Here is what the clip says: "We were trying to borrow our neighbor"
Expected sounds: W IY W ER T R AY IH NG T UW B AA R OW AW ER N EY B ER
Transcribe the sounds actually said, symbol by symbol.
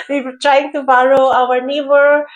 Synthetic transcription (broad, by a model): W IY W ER T R AY IH NG T UW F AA L OW AW ER N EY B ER